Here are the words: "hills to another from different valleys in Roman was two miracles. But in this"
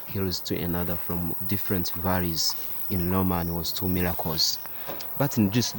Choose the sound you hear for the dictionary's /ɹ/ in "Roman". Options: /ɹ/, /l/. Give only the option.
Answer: /l/